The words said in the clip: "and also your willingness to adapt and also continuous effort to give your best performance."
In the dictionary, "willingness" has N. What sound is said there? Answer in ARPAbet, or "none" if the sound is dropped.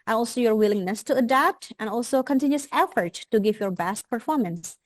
N